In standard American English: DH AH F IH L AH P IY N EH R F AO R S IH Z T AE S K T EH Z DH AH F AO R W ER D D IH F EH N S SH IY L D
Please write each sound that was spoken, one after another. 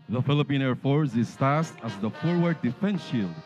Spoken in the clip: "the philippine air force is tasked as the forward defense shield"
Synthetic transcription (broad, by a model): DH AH F IH L AH P IY N EH R F AO R S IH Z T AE S T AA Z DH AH F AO R W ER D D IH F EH N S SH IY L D